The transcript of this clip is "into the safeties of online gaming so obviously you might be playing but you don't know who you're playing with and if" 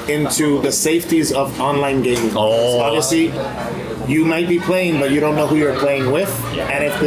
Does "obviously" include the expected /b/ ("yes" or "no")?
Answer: no